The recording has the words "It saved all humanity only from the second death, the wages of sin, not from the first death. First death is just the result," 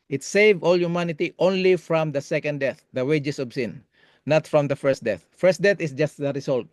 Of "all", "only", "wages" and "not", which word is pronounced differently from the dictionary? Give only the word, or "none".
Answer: wages